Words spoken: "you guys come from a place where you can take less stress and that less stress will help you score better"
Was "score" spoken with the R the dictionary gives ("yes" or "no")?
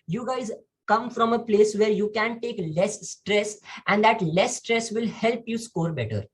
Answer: yes